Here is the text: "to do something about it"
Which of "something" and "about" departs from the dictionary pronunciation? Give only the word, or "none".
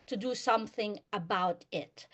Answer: none